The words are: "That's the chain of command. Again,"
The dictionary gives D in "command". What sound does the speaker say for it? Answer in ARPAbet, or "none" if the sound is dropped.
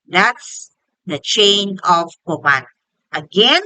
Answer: none